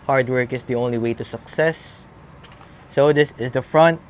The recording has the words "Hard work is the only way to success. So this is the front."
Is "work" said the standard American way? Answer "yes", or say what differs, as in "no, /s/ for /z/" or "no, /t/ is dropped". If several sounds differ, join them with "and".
yes